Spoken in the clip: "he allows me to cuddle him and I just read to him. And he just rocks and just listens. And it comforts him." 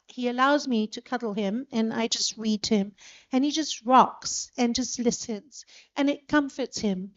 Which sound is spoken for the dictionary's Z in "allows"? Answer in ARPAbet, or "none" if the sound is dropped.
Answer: Z